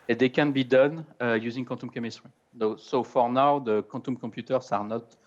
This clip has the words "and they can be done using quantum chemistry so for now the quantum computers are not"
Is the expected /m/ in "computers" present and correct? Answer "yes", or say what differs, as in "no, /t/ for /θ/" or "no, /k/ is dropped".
no, /m/ is dropped